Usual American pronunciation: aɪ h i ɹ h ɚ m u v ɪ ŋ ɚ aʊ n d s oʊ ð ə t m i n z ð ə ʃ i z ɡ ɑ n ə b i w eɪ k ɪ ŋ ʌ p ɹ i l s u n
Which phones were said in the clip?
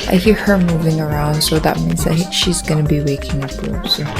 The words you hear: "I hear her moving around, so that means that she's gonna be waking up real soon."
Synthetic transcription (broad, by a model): aɪ h i ɹ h ɚ m u v ɪ ŋ ɚ aʊ n d s oʊ ð ə t m i n z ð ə ʃ i z ɡ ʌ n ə b i w eɪ k ɪ ŋ ʌ p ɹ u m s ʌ